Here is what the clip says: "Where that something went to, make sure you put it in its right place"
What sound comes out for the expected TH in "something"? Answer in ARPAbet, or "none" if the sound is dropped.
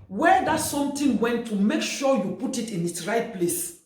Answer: T